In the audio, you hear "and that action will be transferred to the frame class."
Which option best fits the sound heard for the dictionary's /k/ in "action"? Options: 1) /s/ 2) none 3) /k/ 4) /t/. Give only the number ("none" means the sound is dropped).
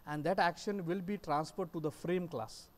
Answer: 3